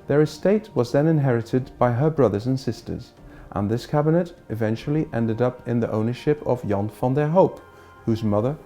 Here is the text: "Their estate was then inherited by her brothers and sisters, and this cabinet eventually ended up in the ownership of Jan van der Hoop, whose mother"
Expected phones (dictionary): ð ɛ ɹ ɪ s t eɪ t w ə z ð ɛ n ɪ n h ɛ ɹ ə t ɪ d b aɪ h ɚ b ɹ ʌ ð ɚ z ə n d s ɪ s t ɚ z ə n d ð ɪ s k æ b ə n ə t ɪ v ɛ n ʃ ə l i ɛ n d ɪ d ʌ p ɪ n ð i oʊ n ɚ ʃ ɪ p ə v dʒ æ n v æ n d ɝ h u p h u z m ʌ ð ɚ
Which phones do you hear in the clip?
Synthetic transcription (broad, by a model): ð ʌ ɹ ɪ s t eɪ t w ə z ð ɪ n ɪ n h ɛ ɹ ə t ɪ d b aɪ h ɚ b ɹ ʌ ð ɚ z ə n s ɪ s t ɚ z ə n ð ɪ s k æ b ə n ə t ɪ v ɛ n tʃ l i ɛ n d ɪ d ʌ p ɪ n ð i oʊ n ɚ ʃ ɪ p ə v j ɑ n f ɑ n d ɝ h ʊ p h u z m ʌ ð ɚ